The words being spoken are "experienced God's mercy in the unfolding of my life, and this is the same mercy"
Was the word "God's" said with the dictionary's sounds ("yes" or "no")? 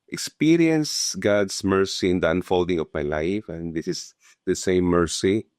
no